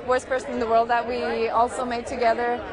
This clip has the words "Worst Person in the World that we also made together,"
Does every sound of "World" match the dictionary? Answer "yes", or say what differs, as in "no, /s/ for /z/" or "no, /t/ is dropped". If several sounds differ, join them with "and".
yes